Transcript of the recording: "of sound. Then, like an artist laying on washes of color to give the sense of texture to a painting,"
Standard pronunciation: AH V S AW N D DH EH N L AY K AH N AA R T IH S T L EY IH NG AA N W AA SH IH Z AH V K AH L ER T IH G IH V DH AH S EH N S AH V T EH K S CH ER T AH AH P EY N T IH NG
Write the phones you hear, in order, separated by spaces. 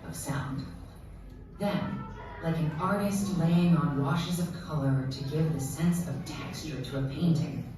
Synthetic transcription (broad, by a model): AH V S AW N D DH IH N L AY K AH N AA R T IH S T L EY IH NG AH N W AA SH IH Z AH V K AH L ER T IH G IH V DH AH S EH N S AH V T EH K S CH ER T AH AH P EY N T IH NG